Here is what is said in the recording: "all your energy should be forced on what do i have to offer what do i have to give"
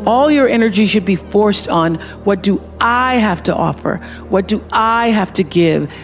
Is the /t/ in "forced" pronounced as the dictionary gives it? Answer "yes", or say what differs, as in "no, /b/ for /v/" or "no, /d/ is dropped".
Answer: yes